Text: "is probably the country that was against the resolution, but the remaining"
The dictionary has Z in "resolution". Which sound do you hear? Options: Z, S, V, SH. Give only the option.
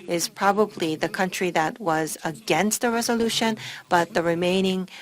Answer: Z